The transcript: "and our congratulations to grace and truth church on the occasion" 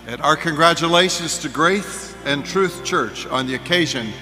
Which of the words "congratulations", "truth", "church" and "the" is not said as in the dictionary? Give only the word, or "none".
none